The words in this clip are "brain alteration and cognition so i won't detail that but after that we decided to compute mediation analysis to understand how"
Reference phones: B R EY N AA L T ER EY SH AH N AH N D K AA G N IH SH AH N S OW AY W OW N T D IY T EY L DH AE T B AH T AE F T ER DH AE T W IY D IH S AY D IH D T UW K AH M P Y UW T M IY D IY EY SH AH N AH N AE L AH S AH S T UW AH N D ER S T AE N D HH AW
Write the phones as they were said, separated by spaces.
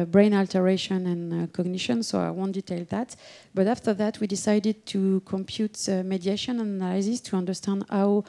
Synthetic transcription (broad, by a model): B R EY N AA L T ER EY SH AH N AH N K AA G N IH SH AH N S OW AY W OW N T D IY T EY L DH AE T B AH T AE F T ER DH AE T W IY D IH S AY D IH D T UW K AH M P Y UW T M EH D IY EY SH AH N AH N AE L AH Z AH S T UW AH N D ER S T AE N D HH AW